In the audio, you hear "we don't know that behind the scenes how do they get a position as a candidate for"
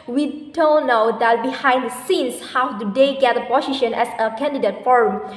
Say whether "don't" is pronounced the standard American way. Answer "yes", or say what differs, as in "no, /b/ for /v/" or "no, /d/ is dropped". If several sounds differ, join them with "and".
no, /l/ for /n/